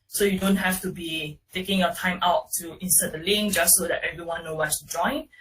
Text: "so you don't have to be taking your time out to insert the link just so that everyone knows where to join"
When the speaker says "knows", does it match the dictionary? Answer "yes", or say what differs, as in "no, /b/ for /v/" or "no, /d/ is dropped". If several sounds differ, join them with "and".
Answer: no, /z/ is dropped